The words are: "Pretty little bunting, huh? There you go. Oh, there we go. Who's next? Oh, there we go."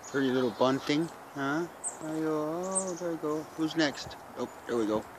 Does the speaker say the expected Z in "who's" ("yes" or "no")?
yes